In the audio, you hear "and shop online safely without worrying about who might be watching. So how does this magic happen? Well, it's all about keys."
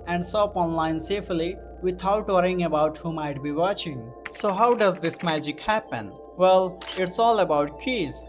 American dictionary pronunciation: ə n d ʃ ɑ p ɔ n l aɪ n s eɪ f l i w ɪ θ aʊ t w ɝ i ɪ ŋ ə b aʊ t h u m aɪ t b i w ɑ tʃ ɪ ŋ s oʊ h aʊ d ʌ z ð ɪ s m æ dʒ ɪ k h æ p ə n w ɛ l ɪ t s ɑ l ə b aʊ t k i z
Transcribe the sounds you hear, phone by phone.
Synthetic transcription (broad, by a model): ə n d s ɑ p ɔ n l aɪ n s eɪ f l i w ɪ t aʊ t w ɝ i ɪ ŋ ə b aʊ t h u m aɪ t b i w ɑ tʃ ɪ ŋ s oʊ h aʊ d ʌ z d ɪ s m æ dʒ ɪ k h æ p ə n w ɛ l ɪ t s ɑ l ə b aʊ t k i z